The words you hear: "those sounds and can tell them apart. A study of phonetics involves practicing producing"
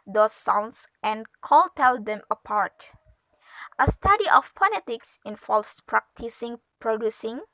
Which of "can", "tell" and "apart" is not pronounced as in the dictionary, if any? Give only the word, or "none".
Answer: can